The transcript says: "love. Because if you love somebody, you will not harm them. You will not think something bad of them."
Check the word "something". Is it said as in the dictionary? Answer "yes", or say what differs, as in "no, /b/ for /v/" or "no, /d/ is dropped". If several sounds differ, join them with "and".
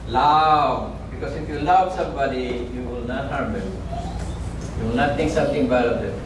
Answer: no, /t/ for /θ/